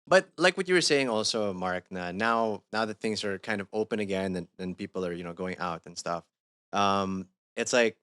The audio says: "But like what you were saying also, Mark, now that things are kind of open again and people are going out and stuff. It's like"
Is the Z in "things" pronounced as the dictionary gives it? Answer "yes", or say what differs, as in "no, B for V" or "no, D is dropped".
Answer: yes